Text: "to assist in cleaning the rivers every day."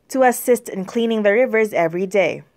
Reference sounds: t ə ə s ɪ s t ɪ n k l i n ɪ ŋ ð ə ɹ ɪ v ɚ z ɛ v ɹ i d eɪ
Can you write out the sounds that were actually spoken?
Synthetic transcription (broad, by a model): t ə ə s ɪ s t ɪ n k l i n ɪ ŋ ð ə ɹ ɪ v ɚ z ɛ v ɹ i d eɪ